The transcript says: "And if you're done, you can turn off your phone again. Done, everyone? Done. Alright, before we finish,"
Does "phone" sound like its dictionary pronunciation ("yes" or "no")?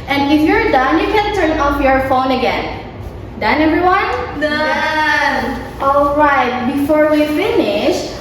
yes